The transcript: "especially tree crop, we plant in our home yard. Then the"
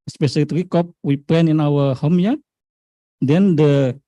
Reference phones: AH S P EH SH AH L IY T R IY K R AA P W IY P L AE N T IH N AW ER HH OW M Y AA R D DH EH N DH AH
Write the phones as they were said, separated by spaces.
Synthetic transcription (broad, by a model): S P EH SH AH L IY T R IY K AA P W IY P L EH N IH N AW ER HH OW M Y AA D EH N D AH